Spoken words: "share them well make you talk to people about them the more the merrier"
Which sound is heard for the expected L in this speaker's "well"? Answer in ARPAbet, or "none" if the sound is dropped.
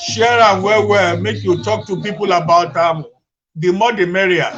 W